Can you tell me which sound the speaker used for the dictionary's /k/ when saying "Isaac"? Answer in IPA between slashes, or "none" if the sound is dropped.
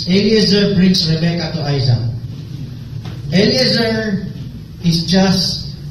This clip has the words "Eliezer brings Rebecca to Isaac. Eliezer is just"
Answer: none